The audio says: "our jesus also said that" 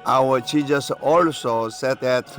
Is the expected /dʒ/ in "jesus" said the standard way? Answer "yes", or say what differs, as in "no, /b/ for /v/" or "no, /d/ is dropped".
no, /tʃ/ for /dʒ/